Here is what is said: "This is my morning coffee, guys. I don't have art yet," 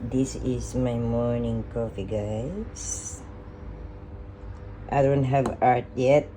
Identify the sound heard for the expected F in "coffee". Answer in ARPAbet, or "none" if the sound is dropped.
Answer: F